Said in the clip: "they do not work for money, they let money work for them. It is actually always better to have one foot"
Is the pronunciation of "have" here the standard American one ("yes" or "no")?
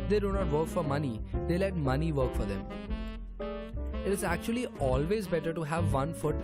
yes